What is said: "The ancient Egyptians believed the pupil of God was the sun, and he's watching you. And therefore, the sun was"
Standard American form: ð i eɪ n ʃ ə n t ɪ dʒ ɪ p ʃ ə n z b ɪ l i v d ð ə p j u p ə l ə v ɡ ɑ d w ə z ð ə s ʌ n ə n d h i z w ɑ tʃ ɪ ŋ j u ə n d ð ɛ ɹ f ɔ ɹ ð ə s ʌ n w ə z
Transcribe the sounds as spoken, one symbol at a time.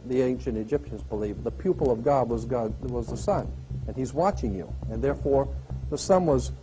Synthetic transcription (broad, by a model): ð i eɪ n ʃ ə n t ɪ dʒ ɪ p ʃ ə n z b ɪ l i v ð ə p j u p ə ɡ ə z ɡ ɑ d w ə z ð ə s ʌ n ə n i z w ɑ tʃ ɪ ŋ j u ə n ð ɛ ɹ f ɔ ɹ ð ə s ʌ n w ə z